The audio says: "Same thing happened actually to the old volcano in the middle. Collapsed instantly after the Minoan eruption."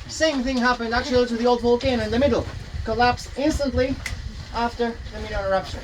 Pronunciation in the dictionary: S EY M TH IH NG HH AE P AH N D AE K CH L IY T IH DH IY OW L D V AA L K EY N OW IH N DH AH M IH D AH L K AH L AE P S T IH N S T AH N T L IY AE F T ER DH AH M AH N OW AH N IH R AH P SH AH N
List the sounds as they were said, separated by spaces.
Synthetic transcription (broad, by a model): S EY M TH IH NG HH AE P AH N D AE K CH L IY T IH DH IY OW L D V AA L K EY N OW IH N DH AH M IH D L K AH L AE P S IH N S T AH N T L IY AE F T ER DH AH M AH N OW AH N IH R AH P SH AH N